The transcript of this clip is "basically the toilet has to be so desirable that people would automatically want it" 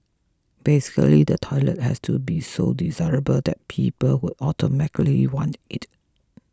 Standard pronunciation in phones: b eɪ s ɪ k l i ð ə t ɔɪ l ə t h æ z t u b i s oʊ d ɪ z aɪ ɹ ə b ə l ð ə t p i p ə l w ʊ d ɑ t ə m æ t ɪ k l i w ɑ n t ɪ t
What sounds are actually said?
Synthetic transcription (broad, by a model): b eɪ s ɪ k l i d ə t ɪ l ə t h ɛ s t u b i s oʊ d ɪ z aɪ ɹ ə b ə l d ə t p i p ə l w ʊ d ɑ t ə m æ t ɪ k l i w ɑ n t ɪ t